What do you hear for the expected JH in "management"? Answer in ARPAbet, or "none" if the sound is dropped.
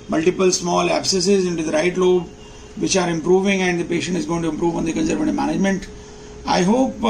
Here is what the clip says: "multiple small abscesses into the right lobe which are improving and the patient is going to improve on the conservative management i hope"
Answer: JH